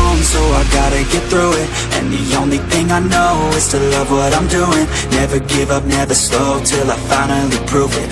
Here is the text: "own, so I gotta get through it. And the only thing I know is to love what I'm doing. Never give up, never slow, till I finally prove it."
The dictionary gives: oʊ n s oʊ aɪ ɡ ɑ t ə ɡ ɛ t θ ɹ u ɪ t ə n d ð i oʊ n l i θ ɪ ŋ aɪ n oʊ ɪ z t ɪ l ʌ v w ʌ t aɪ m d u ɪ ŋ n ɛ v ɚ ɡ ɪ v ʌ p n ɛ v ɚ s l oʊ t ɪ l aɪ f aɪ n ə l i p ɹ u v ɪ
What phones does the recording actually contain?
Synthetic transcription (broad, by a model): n s oʊ aɪ ɡ ɑ t ə ɡ ɛ t θ ɹ u ɪ t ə n ð i oʊ n l i θ ɪ ŋ aɪ n oʊ ɪ z t ɪ l ʌ v w ʌ t aɪ m d u ɪ ŋ n ɛ v ɚ ɡ ɪ v ʌ p n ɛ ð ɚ s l oʊ t ɪ l aɪ f aɪ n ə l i p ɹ u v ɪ